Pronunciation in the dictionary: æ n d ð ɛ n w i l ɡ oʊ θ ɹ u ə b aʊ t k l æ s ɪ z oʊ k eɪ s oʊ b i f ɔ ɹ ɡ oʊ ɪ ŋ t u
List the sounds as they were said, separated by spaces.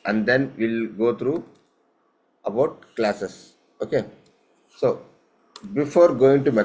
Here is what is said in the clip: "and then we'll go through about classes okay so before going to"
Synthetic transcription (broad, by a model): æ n d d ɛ n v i l ɡ oʊ t ɹ u ə b aʊ t k l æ s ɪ s oʊ k eɪ s oʊ b i f ɔ ɹ ɡ oʊ ɪ ŋ t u